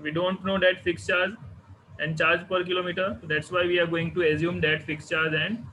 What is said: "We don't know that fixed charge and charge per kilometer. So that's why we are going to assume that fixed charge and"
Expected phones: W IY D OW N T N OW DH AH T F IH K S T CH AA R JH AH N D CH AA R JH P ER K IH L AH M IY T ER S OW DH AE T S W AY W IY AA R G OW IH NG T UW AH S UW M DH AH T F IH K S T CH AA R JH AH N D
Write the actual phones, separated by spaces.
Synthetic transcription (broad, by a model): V IY D OW N T N OW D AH T F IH K S CH AA R JH AH N D CH AA R JH P ER K IH L AH M IY T ER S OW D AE T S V AY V IY AA R G OW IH NG T UW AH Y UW M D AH T F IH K S CH AA R JH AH N D